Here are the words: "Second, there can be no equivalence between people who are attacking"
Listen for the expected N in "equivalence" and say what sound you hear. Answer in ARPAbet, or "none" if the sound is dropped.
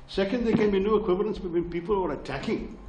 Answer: N